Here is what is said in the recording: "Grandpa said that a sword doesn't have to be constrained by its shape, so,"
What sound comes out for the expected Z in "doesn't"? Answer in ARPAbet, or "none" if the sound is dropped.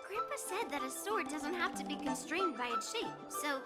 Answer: Z